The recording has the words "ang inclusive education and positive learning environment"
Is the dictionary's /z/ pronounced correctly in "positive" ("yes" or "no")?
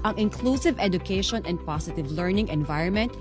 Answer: no